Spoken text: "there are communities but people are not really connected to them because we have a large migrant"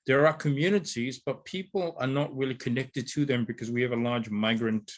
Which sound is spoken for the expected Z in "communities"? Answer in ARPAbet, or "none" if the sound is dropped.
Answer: Z